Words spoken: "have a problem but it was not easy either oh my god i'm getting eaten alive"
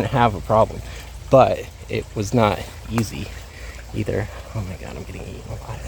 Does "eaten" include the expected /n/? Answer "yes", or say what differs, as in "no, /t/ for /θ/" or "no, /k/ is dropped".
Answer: no, /n/ is dropped